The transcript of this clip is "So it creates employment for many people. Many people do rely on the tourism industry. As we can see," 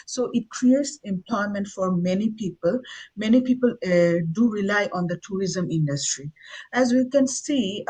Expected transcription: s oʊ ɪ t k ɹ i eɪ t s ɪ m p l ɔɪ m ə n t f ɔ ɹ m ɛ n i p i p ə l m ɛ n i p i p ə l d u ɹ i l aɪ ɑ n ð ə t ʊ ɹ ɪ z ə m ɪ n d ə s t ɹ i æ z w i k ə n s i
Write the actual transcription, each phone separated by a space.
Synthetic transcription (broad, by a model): s oʊ ɪ t k ɹ i eɪ t s ɪ m p l ɔɪ m ə n t f ɔ ɹ m ɛ n i p i p ə l m ɛ n i p i p ə l d u ɹ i l aɪ ɑ n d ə t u ɹ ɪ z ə m ɪ n d ə s t ɹ i æ z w i k ə n s i